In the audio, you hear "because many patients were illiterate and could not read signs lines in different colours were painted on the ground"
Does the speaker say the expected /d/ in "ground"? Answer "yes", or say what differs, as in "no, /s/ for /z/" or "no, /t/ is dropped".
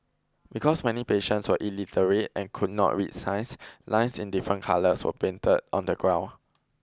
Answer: no, /d/ is dropped